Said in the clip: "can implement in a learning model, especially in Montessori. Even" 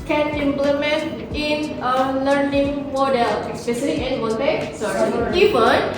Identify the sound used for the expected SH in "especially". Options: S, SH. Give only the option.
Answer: S